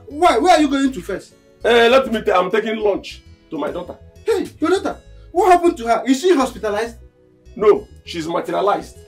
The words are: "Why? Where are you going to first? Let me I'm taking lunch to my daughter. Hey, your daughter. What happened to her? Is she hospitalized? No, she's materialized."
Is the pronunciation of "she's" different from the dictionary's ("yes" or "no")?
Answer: no